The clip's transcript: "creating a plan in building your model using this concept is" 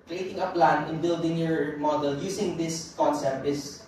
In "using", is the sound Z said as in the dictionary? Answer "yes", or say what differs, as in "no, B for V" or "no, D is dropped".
no, S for Z